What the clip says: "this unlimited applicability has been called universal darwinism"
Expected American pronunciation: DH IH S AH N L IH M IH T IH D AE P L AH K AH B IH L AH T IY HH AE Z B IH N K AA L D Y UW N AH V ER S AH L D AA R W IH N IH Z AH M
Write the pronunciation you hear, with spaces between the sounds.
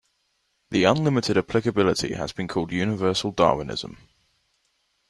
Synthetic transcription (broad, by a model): DH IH AH N L IH M IH T IH D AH P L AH K AH B IH L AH T IY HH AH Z B IH N K AA L D Y UW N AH V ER S AH L D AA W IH N IH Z AH M